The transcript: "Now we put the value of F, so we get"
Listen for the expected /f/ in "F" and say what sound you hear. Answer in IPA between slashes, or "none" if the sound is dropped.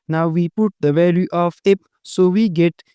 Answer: /p/